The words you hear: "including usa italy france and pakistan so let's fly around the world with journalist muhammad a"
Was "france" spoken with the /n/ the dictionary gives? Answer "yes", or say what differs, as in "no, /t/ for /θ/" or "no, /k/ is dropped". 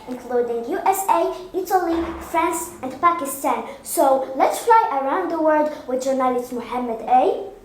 yes